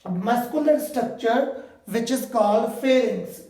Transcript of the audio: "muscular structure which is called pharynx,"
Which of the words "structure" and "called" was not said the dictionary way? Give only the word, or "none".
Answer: none